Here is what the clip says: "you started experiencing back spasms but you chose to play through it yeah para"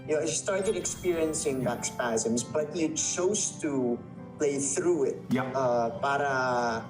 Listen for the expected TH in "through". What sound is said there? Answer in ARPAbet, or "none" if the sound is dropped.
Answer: TH